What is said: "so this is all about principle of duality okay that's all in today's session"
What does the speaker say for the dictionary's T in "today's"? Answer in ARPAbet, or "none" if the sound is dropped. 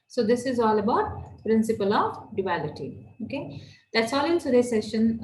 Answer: S